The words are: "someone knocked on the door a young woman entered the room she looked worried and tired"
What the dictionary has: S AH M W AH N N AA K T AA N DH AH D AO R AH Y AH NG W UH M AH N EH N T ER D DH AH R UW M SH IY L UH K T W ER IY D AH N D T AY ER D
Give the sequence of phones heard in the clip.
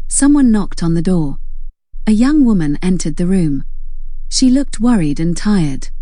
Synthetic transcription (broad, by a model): S AH M W AH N N AA K T N DH AH D AO R AH Y AH NG W UH M AH N EH N T ER D DH AH R UW M SH IY L UH K T W ER IY D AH N T AY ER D